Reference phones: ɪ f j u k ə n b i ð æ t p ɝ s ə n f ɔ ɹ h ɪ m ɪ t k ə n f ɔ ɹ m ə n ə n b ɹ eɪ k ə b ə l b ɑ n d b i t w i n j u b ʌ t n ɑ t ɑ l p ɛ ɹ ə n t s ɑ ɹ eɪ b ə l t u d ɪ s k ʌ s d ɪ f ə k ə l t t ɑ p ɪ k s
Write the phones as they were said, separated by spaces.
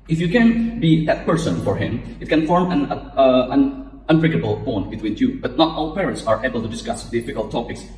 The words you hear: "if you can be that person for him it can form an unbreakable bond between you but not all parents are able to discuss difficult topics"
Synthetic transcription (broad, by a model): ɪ f j u k ə n b i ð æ t p ɝ s ə n f ɔ ɹ h ɪ m ɪ t k ə n f ɔ ɹ m ə n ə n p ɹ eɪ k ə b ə l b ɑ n b i t w i n j u b ʌ t n ɑ t ɑ l p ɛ ɹ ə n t s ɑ ɹ eɪ b ə l t u d ɪ s k ʌ s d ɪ f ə k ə l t t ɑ p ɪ k s